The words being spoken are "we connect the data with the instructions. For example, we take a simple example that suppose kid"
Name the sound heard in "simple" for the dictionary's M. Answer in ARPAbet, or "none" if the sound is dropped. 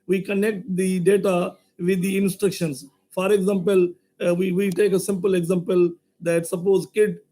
M